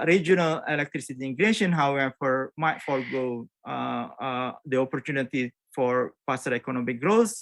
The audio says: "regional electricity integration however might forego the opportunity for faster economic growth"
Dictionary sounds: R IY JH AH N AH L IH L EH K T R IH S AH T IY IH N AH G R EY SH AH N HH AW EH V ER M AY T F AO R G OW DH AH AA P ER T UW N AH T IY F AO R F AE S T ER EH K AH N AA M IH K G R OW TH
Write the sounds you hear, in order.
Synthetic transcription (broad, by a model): R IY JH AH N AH L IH L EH K T R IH S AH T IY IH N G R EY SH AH N HH AW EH F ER M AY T F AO L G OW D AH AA P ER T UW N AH T IY F AO R P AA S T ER EH K AH N AA M IH K G R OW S